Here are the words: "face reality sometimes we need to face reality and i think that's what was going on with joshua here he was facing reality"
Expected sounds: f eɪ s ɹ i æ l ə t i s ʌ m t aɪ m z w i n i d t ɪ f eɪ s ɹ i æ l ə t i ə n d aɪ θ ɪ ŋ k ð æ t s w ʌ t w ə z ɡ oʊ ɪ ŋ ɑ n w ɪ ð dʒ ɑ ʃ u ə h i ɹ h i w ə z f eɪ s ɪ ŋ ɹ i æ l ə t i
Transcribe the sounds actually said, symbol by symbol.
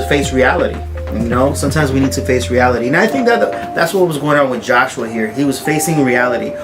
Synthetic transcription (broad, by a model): f eɪ s ɹ i æ l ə t i s ʌ m t aɪ m z w i n i d t ɪ f eɪ s ɹ i æ l ə t i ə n aɪ θ ɪ ŋ k ð æ t s w ʌ t w ə z ɡ oʊ ɪ ŋ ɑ n w ɪ ð dʒ ɑ ʃ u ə h i ɹ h i w ə z f eɪ s ɪ ŋ ɹ i æ l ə t i